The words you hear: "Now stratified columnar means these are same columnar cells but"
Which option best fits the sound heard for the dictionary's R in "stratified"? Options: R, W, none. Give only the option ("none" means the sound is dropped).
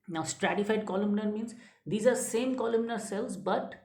R